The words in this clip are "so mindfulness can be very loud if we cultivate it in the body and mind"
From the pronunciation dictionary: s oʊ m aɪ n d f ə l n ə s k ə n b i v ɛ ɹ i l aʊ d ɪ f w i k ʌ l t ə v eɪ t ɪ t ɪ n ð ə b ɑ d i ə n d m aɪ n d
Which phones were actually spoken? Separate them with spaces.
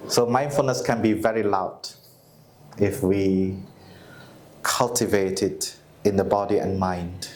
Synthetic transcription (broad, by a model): s oʊ m aɪ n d f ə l n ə s k ə n b i v ɛ ɹ i l aʊ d ɪ f w i k ʌ l t ə v eɪ t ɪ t ɪ n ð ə b ɑ d i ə n m aɪ n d